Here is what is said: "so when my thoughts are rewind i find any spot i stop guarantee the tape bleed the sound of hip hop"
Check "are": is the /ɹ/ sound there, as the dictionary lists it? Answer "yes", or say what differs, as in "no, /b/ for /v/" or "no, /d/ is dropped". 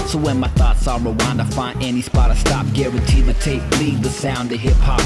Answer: no, /l/ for /ɹ/